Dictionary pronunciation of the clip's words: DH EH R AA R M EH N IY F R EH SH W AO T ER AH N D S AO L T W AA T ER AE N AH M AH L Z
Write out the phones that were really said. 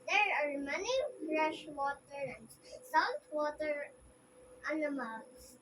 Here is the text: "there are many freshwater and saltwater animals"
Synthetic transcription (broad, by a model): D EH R AA R M EH N IY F R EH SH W AO T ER AH N D S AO T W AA T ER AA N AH M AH L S